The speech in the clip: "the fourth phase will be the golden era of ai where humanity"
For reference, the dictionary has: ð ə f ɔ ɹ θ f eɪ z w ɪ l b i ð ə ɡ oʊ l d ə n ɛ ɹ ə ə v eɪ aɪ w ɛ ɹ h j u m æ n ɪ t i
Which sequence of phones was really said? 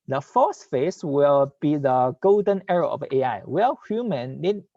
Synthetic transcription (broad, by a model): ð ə f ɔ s f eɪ s w ɪ l b i ð ə ɡ oʊ l d ə n ɛ ɹ ə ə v eɪ aɪ w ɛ l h j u m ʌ n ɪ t